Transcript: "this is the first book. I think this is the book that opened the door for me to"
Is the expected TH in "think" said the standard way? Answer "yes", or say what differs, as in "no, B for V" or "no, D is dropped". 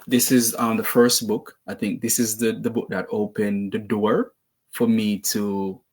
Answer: yes